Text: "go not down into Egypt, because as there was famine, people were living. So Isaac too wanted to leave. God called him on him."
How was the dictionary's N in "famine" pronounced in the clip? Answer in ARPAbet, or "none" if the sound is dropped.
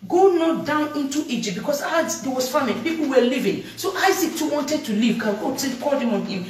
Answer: L